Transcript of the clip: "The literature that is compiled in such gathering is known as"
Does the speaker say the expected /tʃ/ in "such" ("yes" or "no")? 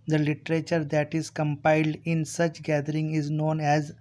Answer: yes